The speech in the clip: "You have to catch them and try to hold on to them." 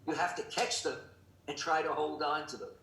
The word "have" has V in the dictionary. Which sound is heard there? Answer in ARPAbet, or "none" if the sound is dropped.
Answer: F